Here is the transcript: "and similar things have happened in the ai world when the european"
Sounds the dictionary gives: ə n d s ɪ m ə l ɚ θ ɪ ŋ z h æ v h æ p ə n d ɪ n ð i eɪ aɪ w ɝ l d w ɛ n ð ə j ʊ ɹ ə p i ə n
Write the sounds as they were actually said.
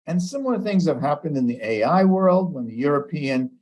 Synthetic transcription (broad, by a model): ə n s ɪ m l ɚ θ ɪ ŋ z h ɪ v h æ p ə n d ɪ n ð i eɪ aɪ w ɝ l d w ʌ n ð ə j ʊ ɹ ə p i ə n